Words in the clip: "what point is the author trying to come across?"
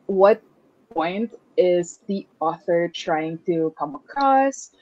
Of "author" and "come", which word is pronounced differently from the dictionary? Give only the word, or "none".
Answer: none